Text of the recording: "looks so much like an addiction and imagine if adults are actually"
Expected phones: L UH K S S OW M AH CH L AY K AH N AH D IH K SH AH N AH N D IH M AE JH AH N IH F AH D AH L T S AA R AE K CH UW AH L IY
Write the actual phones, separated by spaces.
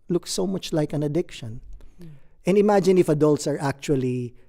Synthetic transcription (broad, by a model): L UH K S S OW M AH CH L AY K AH N AH D IH K SH AH N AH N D IH M AE JH AH N IH F AH D AH L T S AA R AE K CH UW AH L IY